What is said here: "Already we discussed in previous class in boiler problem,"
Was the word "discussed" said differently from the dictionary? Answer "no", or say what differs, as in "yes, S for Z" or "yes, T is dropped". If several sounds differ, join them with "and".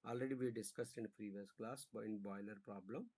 no